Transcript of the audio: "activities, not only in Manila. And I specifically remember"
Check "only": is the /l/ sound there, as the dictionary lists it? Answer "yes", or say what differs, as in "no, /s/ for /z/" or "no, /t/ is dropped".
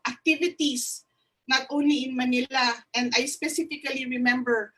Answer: no, /l/ is dropped